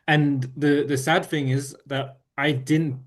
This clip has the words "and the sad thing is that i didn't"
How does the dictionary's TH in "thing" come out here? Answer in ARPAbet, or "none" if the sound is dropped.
TH